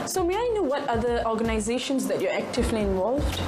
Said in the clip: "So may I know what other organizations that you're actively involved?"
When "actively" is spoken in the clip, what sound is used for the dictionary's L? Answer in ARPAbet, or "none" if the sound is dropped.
L